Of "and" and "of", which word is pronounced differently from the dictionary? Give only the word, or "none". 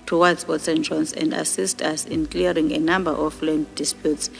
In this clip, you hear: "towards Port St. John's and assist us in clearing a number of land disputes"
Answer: of